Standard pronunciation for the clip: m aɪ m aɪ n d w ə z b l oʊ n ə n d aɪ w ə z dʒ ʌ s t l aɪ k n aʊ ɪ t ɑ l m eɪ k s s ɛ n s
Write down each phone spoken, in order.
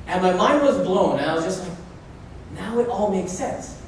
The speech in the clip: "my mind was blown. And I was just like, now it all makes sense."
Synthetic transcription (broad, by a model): m aɪ m aɪ n d w ə z b l oʊ n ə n aɪ w ə z dʒ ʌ s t n aʊ ɪ t ɑ l m eɪ k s s ɛ n s